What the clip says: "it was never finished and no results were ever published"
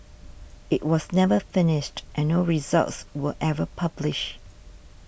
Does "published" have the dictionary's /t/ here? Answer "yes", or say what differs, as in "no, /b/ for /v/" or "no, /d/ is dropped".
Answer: no, /t/ is dropped